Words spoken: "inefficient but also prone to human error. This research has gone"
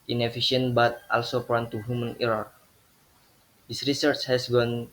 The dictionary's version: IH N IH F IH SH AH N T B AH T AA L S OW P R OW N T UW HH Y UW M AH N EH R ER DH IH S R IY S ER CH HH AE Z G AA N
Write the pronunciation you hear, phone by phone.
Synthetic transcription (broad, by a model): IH N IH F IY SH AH N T B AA T AA L S OW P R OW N T UW HH Y UW M AH N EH R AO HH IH S R IY S ER CH HH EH S G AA N